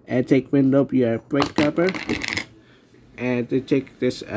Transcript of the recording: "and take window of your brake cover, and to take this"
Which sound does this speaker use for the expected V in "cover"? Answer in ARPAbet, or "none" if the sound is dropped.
P